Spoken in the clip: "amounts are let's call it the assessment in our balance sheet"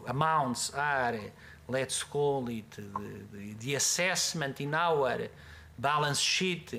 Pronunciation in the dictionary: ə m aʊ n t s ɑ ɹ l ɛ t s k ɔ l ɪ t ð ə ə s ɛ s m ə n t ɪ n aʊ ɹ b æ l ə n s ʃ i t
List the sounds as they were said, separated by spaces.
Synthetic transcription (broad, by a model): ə m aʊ n t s ɑ ɹ l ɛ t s k ɔ l ɪ t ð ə ə s ɛ s m ə n t ɪ n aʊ ɹ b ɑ l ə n s ʃ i t